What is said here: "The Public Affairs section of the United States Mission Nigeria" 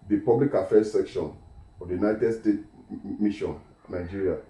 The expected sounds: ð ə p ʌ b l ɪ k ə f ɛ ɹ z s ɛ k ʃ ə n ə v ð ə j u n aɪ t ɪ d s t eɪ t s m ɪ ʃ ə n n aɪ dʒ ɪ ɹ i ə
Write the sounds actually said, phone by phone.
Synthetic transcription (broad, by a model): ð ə p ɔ b l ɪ k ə f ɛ s ɛ k ʃ ə n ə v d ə j u n aɪ t ɪ d s t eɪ t m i ʃ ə n n aɪ dʒ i ɹ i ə